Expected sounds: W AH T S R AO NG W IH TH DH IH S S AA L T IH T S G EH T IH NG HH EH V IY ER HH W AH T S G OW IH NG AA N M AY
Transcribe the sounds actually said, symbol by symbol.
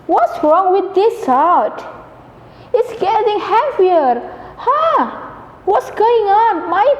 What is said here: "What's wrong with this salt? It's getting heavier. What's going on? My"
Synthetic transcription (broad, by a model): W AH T S R AO NG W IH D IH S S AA T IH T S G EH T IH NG HH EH F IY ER HH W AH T S G OW IH NG AA N M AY